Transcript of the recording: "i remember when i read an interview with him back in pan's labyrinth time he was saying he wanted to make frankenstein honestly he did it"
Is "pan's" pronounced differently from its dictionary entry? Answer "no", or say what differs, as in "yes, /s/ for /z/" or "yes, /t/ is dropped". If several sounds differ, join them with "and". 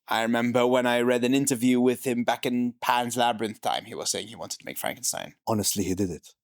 no